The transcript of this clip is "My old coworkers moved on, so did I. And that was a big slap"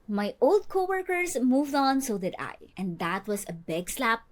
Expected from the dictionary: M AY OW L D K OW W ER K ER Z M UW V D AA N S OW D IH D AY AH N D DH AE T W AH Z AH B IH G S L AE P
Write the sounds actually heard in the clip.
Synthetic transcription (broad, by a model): M AY OW L D K OW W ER K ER S M UW V D AA N S OW D IH D AY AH N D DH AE T W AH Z AH B IH G S L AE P